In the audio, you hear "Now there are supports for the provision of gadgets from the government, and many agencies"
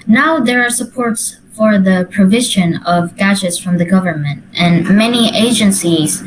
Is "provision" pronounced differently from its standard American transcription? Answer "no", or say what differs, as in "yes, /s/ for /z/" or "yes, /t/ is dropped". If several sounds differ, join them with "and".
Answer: no